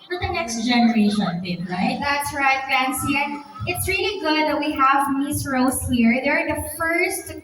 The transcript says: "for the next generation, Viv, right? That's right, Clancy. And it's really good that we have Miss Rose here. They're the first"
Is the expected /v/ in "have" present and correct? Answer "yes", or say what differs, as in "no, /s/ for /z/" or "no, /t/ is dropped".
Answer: yes